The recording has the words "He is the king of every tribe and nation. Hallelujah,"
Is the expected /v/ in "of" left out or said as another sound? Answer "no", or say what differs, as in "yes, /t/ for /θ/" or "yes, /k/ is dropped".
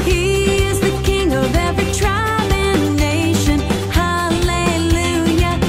no